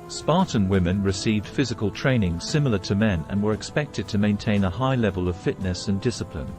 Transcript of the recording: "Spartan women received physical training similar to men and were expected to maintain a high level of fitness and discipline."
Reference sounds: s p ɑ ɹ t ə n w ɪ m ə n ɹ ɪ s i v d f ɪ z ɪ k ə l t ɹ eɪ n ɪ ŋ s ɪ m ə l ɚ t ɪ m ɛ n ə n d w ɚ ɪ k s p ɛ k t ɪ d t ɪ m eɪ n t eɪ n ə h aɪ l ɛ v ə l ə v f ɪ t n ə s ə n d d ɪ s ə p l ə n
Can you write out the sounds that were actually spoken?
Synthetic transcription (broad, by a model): s p ɑ ɹ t n w ɪ m ə n ɹ ɪ s i v d f ɪ z ɪ k ə l t ɹ eɪ n ɪ ŋ s ɪ m l ɚ t ɪ m ɛ n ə n w ɚ ɪ k s p ɛ k t ɪ d t ɪ m eɪ n t eɪ n ə h aɪ l ɛ v ə l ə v f ɪ t n ə s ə n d d ɪ s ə p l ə n